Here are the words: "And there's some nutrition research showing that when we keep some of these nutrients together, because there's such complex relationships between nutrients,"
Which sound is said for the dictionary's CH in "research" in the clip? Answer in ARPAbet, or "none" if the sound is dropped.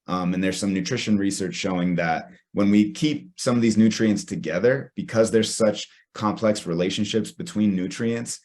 CH